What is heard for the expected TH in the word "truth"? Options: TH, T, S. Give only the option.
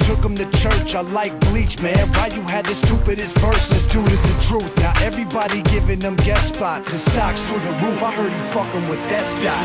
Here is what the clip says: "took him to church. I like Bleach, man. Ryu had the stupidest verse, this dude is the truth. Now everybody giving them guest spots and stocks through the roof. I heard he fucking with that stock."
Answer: TH